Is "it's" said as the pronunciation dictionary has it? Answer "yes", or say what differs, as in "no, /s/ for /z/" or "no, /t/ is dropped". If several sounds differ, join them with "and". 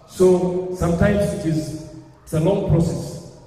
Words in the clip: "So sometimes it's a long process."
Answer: no, /s/ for /t/